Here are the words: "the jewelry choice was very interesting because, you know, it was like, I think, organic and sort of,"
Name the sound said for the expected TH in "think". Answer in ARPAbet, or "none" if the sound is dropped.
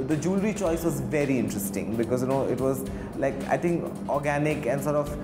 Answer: T